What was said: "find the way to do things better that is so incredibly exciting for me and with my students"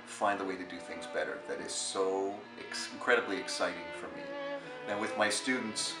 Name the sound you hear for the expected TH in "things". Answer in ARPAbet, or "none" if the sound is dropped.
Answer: TH